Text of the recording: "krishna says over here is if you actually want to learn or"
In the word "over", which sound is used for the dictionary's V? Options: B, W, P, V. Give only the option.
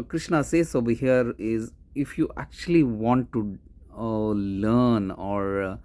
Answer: B